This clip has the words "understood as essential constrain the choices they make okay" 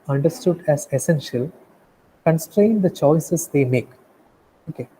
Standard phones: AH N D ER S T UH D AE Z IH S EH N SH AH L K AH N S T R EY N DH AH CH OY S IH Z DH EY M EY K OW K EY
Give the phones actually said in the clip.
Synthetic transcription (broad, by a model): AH N D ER S T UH D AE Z IH S EH N SH AH L K AH N S T R EY N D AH CH OY S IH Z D EY M EY K OW K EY